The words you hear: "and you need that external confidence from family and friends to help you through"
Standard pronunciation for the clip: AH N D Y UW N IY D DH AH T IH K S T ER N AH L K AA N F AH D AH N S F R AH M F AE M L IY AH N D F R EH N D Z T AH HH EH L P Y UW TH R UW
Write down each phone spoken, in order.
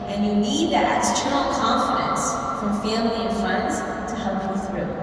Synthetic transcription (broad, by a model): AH N Y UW N IY D DH AH T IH S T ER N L K AA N F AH D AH N S F R AH M F AE M L IY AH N F AH N D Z T AH HH EH L P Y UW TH R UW